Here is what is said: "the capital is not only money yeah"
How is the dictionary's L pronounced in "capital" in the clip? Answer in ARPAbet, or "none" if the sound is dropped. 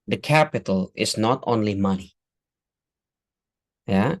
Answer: L